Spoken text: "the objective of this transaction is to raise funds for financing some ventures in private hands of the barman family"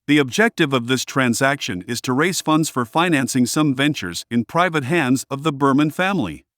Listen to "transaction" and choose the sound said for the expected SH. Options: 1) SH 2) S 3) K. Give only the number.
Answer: 1